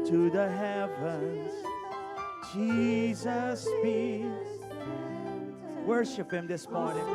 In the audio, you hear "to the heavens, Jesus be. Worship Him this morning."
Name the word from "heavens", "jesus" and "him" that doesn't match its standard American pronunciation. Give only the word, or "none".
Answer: none